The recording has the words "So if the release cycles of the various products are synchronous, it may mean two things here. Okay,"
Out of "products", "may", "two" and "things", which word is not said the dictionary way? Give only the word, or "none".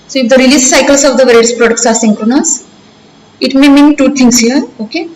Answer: things